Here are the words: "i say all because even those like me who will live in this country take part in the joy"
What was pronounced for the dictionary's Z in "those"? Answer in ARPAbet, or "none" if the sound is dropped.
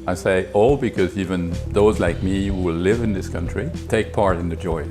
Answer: Z